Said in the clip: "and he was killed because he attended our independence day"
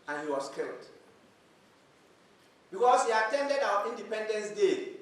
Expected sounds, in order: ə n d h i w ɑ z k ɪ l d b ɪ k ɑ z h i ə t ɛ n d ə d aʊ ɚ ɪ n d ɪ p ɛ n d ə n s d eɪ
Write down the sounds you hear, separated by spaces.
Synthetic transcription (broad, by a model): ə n h i w ɑ s k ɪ l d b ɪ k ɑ s h i ə t ɛ n d ə d aʊ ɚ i n d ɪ p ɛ n d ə n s d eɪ